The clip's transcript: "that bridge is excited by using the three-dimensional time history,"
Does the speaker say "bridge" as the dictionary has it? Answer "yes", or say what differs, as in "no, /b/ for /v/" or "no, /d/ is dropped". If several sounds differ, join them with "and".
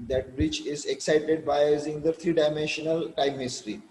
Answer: no, /tʃ/ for /dʒ/